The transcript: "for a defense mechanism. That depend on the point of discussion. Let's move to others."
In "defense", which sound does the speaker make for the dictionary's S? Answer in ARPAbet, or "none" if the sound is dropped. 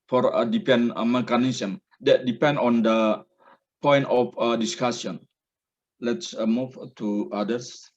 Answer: none